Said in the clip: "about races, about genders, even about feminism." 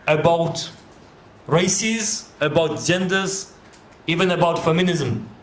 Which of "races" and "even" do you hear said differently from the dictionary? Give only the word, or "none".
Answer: none